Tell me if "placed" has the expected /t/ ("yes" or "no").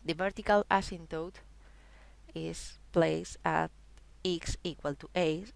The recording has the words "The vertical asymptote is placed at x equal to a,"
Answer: no